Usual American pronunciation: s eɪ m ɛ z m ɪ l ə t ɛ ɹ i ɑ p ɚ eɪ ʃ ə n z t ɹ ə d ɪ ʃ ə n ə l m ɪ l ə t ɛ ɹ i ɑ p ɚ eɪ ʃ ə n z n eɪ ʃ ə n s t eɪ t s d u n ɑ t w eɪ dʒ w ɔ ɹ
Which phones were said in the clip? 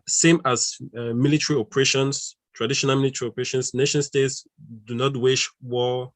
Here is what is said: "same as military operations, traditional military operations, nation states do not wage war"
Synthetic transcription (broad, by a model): s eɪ m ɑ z m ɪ l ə t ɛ ɹ i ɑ p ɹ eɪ ʃ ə n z t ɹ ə d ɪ ʃ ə n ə l m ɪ l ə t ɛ ɹ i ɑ p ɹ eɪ ʃ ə n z n eɪ ʃ ə n s t eɪ t s d u n ɑ t w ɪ ʃ w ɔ